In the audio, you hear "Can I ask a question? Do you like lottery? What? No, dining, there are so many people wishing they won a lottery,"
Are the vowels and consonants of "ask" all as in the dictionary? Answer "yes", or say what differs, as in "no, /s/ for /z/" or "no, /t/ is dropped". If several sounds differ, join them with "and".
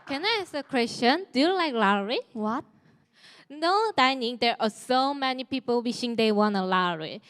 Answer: no, /k/ is dropped